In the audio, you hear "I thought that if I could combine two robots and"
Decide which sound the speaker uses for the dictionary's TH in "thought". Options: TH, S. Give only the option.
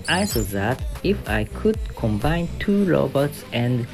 S